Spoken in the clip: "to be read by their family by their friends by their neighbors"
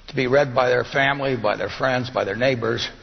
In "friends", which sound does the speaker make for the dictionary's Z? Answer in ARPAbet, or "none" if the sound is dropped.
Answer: Z